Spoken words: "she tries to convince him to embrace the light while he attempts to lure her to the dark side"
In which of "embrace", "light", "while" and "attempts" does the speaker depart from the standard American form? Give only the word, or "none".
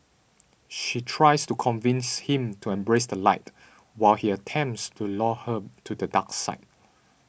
none